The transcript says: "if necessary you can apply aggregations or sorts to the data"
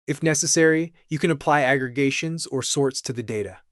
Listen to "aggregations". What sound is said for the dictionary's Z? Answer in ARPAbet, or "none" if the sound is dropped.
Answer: Z